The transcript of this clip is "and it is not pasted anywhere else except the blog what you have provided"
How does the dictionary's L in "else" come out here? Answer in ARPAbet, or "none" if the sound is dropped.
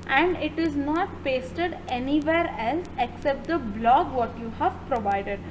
L